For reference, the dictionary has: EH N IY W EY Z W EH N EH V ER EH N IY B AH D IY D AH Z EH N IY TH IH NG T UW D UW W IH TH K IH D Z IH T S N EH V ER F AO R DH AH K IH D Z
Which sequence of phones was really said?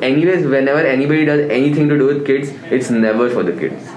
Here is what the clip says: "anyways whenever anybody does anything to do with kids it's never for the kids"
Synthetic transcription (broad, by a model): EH N IY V EY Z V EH N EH V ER EH N IY B AH D IY D AH Z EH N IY T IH NG T UW D UW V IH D K IH D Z IH T S N EH V ER F AO R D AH K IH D